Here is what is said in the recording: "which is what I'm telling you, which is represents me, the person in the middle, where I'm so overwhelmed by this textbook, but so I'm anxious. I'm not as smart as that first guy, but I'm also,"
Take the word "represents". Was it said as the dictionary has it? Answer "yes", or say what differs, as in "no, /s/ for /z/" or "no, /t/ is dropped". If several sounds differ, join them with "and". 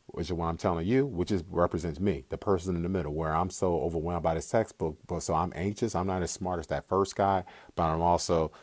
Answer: yes